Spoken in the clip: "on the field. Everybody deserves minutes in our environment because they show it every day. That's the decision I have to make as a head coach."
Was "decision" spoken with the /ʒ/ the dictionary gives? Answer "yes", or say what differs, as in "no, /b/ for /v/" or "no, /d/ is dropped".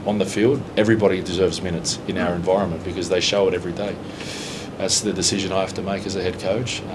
yes